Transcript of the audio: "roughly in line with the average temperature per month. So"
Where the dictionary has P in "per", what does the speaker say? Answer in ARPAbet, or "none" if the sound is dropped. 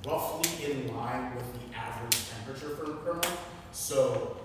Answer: F